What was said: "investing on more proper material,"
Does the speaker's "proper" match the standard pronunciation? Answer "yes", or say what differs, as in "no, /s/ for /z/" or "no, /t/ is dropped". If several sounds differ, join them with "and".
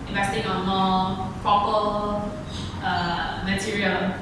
no, /ɹ/ is dropped